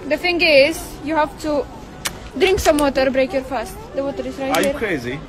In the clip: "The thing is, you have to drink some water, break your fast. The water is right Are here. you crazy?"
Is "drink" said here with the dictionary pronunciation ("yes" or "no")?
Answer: yes